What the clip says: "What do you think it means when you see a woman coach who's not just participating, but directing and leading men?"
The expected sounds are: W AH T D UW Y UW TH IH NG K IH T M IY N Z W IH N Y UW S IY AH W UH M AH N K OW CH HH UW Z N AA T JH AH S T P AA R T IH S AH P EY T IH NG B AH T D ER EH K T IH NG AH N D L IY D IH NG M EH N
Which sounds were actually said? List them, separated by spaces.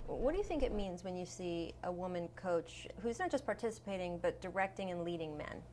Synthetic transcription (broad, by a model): W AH T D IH Y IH TH IH NG K IH T M IY N Z W IH N Y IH S IY AH W UH M AH N K OW CH HH UW Z N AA T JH AH S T P AA R T IH S AH P EY T IH NG B AH T D ER EH K T IH NG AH N L IY D IH NG M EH N